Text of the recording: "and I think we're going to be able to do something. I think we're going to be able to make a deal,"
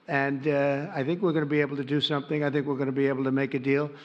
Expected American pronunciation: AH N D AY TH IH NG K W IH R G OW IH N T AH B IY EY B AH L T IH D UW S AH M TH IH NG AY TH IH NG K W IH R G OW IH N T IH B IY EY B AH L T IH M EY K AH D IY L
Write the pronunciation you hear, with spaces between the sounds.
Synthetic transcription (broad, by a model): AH N AY TH IH NG K W IH R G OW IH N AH B IY EY B L T IH D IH S AH M TH IH NG AY TH IH NG K W IH R G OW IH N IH B IY EY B L T IH M EY K AH D IY L